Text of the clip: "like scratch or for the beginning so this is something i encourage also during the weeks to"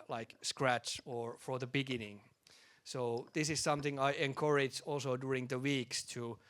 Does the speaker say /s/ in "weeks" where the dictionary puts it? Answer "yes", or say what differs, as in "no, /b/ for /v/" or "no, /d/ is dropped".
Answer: yes